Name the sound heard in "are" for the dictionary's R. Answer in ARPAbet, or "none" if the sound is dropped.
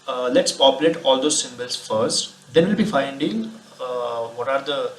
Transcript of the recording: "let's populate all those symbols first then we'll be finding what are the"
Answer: R